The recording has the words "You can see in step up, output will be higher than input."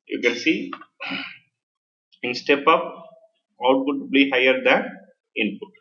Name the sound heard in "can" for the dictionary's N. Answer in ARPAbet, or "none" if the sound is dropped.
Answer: N